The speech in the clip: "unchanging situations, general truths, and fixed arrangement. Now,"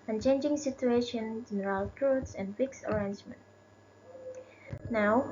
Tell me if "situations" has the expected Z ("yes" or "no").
no